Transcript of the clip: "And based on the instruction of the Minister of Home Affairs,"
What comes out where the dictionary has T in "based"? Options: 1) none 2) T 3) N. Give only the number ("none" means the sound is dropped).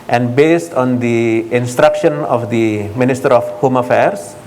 2